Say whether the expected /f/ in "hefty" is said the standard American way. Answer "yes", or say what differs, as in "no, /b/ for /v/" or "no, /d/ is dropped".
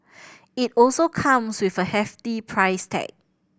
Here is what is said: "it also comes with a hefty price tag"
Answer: yes